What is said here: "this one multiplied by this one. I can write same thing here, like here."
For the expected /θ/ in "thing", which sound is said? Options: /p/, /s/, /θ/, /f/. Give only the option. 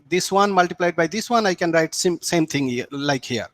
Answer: /s/